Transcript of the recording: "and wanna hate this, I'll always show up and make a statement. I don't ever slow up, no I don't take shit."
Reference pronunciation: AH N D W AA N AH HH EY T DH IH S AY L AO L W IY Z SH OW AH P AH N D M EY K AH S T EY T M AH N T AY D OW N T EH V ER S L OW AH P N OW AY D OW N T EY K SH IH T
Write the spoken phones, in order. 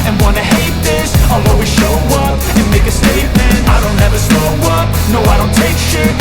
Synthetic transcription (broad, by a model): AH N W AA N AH HH EY T DH IH S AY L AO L W IY SH OW AH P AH N M EY K AH S T EY T M AH N T AY D OW N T EH V ER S OW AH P N OW AY D OW N T EY K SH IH